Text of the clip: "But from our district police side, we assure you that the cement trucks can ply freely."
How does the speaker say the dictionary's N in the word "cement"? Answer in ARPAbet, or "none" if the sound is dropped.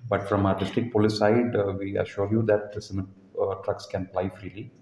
none